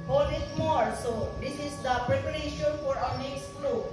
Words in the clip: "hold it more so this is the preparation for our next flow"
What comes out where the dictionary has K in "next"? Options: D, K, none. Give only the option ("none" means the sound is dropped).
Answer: none